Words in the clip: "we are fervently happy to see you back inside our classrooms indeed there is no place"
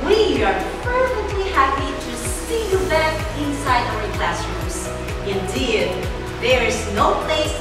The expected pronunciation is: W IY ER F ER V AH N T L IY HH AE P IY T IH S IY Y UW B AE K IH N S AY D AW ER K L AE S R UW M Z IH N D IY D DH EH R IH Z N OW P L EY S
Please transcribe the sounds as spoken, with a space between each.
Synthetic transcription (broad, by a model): W IY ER P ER F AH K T L IY HH AE P IY T IH S IY Y UW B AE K IH N S AY D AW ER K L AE S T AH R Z IH N D IY D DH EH R IH Z N OW P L EY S